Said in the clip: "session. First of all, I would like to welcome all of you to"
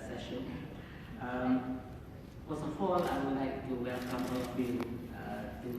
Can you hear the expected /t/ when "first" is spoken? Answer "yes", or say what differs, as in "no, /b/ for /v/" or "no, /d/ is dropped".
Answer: no, /t/ is dropped